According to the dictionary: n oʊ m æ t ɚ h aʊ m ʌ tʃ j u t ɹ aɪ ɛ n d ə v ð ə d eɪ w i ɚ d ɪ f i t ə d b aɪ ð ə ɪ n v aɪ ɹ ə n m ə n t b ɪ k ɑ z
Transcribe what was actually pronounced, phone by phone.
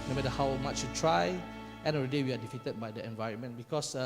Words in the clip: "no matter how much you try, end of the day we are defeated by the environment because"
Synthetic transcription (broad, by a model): n oʊ m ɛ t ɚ h aʊ m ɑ tʃ j u t ɹ aɪ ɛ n ə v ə d eɪ w i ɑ d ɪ f i t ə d b aɪ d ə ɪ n v aɪ ɹ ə n m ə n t b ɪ k ɑ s